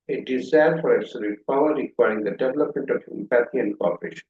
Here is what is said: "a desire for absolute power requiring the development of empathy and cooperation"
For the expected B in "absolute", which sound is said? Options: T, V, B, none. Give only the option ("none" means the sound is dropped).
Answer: none